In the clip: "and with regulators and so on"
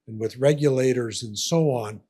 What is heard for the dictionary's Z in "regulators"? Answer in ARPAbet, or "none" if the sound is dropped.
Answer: Z